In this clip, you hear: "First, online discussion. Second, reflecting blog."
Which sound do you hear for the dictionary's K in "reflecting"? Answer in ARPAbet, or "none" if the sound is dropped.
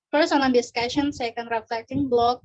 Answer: none